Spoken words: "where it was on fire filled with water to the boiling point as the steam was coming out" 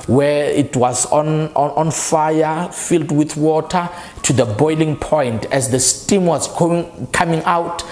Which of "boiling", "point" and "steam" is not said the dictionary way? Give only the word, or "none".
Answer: none